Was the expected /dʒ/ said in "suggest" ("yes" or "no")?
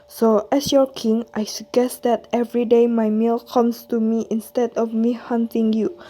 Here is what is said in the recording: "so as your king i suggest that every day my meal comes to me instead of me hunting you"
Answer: no